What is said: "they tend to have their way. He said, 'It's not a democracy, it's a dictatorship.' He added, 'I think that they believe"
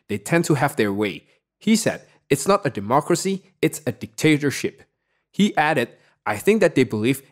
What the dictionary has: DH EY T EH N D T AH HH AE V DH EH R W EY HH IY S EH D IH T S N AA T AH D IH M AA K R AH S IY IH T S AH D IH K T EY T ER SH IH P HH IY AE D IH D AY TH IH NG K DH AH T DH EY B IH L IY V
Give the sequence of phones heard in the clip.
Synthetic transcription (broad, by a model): DH EY T EH N T AH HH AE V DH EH R W EY HH IY S EH D IH T S N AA T AH D IH M AA K R AH S IY IH T S AH D IH K T EY T ER SH IH P HH IY AE D IH D AY TH IH NG K DH AH T DH EY B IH L IY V